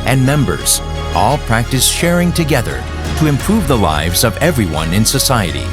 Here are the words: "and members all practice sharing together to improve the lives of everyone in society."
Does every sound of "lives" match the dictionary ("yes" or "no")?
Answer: yes